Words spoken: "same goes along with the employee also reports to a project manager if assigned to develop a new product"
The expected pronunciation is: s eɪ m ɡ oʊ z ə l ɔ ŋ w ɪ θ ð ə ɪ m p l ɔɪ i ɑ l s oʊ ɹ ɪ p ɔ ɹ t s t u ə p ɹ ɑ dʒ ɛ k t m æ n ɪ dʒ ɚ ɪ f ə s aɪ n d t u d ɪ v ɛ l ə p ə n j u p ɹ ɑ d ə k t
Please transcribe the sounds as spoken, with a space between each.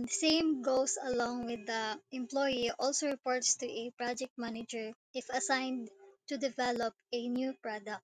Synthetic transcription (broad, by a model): s eɪ m ɡ oʊ s ə l ɔ ŋ w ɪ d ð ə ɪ m p l ɔɪ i ɑ l s oʊ ɹ ɪ p ɔ ɹ t s t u ə p ɹ ɑ dʒ ɛ k t m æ n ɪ dʒ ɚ ɪ f ə s aɪ n d t u d ɪ v ɛ l ə p ə n j u p ɹ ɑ d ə k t